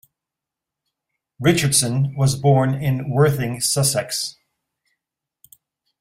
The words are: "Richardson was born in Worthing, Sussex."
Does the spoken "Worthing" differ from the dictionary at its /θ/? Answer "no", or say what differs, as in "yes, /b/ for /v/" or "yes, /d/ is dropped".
no